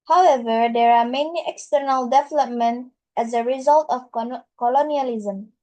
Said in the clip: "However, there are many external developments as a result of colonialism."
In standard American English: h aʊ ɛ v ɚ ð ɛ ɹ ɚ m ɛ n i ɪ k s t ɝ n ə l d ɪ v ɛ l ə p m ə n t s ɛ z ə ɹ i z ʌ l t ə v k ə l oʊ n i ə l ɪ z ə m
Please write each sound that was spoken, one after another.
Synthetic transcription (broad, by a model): h aʊ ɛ v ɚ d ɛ ɹ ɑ m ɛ n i ɪ k s t ɝ n ə l d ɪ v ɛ l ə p m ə n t ɛ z ə ɹ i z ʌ l t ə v k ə l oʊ n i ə l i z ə m